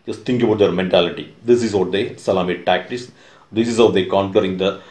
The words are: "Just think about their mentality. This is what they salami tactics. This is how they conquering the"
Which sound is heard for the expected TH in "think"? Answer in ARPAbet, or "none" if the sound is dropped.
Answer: T